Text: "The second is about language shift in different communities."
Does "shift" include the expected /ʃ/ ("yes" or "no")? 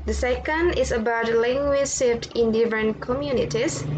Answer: no